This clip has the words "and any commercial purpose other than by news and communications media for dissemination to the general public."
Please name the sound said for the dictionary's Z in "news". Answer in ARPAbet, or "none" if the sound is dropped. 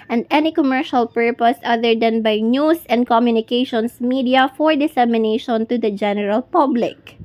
S